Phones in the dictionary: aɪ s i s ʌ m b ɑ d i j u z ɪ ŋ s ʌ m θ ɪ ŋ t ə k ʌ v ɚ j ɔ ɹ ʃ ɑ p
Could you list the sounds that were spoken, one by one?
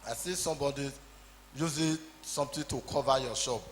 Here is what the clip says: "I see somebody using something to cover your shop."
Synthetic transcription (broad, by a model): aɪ s i s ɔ m b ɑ d i j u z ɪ s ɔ m t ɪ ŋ t ə k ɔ v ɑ j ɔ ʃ ɑ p